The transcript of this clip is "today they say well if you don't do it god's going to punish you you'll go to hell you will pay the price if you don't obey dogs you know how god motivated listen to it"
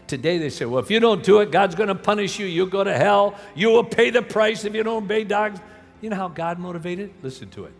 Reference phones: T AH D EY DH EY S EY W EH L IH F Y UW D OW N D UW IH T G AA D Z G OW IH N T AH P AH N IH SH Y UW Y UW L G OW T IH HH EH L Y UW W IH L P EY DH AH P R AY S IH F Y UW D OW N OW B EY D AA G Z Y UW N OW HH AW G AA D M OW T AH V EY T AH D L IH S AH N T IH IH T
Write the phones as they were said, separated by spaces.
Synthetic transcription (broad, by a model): T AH D EY DH EY S EY W EH L IH F Y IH D OW N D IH IH T G AA D Z G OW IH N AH P AH N IH SH Y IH Y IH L G OW T IH HH EH L Y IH W IH L P EY DH AH P R AY S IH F Y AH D OW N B EY D AA G Z Y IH N OW HH AW G AA D M OW T AH V EY T AH D L IH S N T IH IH T